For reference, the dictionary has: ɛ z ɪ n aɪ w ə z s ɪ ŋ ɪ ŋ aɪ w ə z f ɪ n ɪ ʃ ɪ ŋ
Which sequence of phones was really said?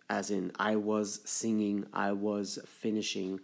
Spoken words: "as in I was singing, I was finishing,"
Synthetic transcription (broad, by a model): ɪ z ɪ n aɪ w ə z s ɪ ŋ ɪ ŋ aɪ w ə z f ɪ n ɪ ʃ ɪ ŋ